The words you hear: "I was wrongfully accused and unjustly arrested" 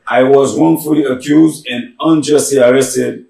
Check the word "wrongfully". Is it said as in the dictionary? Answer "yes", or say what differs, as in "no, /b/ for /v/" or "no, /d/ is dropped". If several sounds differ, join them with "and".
no, /w/ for /ɹ/